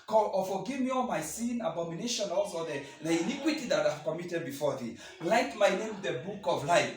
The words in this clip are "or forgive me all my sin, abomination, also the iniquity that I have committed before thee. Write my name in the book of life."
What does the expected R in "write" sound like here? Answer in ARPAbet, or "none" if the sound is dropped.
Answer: L